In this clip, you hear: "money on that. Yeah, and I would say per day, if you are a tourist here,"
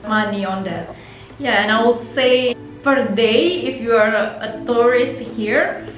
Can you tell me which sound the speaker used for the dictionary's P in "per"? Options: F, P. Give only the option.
F